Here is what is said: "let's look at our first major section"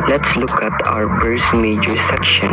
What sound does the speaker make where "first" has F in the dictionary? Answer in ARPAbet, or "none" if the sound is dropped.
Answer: P